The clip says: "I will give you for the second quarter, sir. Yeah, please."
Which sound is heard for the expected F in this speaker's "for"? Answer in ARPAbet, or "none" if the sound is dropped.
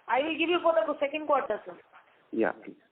P